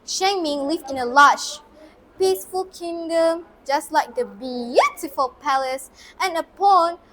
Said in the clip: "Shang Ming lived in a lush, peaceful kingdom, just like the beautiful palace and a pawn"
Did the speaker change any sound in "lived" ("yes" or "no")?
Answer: yes